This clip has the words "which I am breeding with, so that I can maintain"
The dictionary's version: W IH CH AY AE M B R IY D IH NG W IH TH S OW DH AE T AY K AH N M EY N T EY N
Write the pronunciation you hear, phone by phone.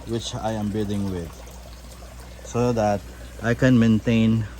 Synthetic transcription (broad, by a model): W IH CH AY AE M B IY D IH NG W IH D S OW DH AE T AY K AH N M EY N T EY N